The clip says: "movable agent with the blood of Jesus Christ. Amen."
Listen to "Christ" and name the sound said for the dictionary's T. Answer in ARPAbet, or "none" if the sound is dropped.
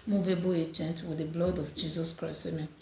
none